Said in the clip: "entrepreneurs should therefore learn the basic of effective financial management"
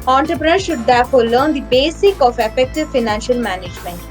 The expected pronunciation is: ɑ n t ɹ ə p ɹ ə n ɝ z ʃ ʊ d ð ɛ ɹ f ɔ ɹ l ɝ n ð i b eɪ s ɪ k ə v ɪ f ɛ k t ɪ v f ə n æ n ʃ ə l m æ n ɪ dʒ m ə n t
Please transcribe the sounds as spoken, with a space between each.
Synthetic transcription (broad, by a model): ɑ n t ɹ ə p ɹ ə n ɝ ʃ ʊ d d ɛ ɹ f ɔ ɹ l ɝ n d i b eɪ s ɪ k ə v ɪ f ɛ k t ɪ v f ə n æ n ʃ ə l m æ n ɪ dʒ m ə n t